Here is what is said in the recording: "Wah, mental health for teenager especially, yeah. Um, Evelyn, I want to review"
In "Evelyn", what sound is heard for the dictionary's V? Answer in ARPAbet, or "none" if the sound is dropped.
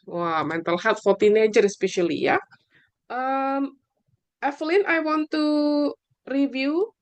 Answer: F